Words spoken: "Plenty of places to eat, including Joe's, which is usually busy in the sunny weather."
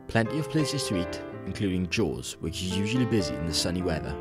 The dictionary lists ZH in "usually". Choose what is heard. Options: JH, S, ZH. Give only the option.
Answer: ZH